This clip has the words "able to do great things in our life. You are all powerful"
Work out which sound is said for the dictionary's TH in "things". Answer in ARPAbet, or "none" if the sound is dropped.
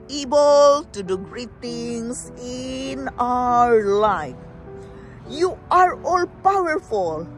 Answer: T